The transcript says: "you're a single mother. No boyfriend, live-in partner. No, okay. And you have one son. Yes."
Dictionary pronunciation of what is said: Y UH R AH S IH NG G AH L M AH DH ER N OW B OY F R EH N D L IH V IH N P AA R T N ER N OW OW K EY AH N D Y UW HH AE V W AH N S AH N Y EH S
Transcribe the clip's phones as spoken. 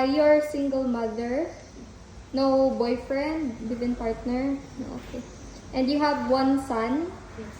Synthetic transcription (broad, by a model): Y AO R S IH NG G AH L M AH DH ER N OW B OY F R EH N D W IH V IH N P AA R T N ER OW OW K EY AH N D Y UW HH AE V W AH N S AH N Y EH